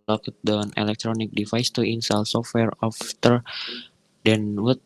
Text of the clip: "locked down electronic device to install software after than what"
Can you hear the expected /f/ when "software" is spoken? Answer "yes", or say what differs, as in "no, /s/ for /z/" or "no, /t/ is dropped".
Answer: yes